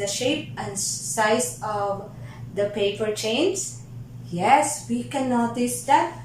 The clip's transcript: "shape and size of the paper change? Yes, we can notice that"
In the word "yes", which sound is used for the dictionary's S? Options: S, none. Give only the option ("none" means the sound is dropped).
S